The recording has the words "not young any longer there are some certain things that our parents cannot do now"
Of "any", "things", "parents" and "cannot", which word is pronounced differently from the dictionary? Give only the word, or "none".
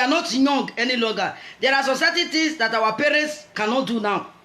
things